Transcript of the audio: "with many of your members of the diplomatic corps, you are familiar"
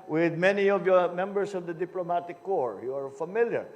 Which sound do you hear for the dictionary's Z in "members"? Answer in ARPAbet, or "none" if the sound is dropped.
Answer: S